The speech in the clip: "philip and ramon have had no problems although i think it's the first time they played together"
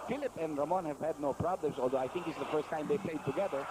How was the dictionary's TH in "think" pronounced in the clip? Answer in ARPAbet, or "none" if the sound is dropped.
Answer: T